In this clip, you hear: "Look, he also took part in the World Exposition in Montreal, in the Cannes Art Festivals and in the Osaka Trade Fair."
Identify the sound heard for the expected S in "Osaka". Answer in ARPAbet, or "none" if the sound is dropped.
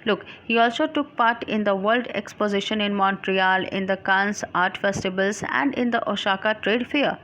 SH